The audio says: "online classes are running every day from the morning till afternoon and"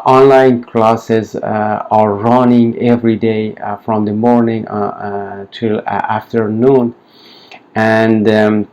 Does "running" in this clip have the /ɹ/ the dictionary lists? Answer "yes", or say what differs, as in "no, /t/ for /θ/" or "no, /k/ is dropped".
yes